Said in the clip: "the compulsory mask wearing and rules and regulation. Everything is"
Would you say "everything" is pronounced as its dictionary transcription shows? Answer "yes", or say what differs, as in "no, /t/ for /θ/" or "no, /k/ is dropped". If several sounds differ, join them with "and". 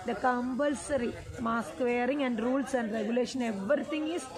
no, /t/ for /θ/